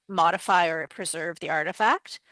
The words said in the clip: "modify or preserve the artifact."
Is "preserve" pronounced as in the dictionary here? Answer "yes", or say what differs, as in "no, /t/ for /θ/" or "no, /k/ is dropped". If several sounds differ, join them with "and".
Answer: yes